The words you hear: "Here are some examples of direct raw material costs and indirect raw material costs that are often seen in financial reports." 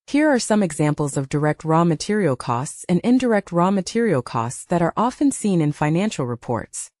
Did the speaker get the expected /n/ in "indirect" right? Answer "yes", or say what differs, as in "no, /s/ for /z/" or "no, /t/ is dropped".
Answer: yes